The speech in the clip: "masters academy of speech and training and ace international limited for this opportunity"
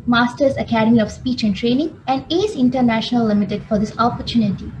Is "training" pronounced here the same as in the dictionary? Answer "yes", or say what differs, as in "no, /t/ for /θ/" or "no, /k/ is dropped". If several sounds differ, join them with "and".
yes